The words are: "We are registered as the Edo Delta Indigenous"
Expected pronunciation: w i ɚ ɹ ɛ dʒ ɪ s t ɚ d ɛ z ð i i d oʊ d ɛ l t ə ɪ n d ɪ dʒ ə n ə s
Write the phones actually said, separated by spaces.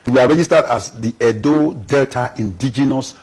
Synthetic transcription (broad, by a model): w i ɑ ɹ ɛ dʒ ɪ s t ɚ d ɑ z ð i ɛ d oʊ d ɛ l t ə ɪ n d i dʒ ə n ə s